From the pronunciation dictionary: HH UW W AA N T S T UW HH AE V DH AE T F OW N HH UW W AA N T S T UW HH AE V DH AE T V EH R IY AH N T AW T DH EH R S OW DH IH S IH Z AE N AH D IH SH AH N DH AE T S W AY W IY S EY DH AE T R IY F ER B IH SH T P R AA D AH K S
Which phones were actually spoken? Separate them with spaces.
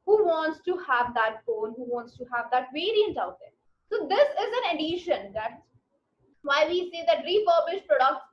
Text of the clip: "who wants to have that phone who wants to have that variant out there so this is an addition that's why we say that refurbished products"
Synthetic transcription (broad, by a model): HH UW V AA N T S T UW HH AE V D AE T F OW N HH UW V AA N T S T UW HH AE V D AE T V EH R IY AH N T AW T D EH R S OW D IH S IH Z AE N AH D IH SH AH N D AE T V AY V IY S EY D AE T R IY P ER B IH SH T P R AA D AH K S